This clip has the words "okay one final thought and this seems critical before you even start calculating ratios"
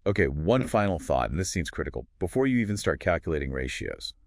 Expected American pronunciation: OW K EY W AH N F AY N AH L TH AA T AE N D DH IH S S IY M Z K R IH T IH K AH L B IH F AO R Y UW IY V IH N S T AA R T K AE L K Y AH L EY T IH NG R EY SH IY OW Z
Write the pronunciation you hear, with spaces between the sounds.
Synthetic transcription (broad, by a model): OW K EY W AH N F AY N L TH AA T N DH IH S S IY M Z K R IH T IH K L B IH F AO R Y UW IY V IH N S T AA R T K AE L K Y AH L EY T IH NG R EY SH IY OW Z